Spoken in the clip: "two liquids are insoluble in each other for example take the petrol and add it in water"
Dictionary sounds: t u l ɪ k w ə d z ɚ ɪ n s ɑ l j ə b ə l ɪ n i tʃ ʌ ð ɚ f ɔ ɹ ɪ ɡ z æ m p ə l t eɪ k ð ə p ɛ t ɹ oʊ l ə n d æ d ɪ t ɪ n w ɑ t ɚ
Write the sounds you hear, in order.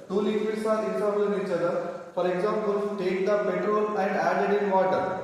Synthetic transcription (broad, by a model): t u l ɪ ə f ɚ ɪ s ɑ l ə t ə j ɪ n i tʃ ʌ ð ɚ f ɔ ɹ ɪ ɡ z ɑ m p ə l t eɪ k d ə p ɛ t ɹ oʊ l ə n d æ d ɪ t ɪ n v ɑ t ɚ